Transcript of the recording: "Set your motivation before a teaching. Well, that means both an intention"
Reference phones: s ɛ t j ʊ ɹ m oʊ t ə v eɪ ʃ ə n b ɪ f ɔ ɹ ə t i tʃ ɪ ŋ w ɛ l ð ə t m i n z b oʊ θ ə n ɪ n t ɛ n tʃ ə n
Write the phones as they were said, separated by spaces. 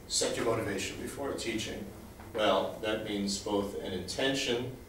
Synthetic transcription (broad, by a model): s ɛ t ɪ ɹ m oʊ t ə v eɪ ʃ ə n b ɪ f ɔ ɹ t i tʃ ɪ ŋ w ɛ l ð ə t m i n z b oʊ θ ə n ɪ n t ɛ n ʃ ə n